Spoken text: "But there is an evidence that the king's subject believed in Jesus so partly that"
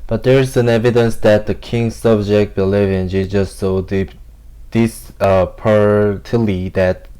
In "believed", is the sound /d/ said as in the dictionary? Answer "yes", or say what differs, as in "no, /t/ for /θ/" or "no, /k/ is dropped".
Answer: no, /d/ is dropped